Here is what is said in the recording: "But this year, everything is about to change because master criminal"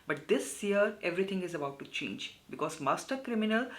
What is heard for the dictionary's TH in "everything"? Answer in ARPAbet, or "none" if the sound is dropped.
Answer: T